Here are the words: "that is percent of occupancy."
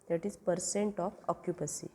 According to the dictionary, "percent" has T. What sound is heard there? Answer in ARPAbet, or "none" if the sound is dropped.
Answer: T